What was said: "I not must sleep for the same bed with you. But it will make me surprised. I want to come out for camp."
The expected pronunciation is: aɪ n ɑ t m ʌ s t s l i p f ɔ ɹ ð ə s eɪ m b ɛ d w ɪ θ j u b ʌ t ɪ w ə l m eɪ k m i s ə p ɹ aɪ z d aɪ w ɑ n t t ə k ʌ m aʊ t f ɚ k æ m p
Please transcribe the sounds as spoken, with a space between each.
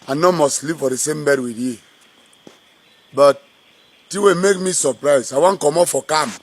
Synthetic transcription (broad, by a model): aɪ n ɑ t m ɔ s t s l i p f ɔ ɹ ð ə s eɪ m b ɛ d w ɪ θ j u b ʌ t ɪ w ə m eɪ k m i s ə p ɹ aɪ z aɪ w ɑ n k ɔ m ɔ f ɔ k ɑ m